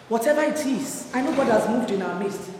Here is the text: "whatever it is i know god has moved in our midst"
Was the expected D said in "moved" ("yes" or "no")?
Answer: yes